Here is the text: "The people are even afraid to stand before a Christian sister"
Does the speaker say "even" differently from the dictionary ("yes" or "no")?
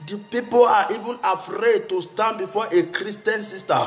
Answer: no